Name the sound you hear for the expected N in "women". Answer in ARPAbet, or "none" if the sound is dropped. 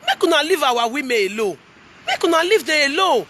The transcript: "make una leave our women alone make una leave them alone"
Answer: none